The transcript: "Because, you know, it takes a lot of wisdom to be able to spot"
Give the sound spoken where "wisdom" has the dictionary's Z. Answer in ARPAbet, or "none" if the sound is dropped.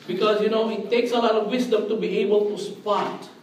S